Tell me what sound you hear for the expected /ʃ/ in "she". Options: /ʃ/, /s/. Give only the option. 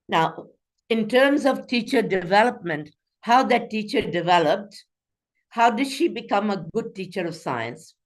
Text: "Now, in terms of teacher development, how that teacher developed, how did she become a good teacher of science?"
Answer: /ʃ/